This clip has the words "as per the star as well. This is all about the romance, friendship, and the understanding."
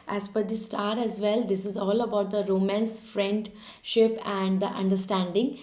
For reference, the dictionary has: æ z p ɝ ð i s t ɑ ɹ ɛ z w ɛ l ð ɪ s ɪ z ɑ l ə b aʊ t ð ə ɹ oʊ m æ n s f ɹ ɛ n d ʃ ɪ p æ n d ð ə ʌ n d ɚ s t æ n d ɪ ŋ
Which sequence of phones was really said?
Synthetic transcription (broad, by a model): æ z f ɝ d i s t ɑ ɹ ɛ z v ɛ l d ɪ s ɪ z ɑ l ə b aʊ t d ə ɹ oʊ m æ n s f ɹ ɛ n d ʃ ɪ p æ n d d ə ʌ n d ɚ s t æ n d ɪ ŋ